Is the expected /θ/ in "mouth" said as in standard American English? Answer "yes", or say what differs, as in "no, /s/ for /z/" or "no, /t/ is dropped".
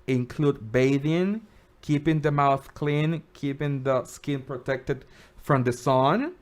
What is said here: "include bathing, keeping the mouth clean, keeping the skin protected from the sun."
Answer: yes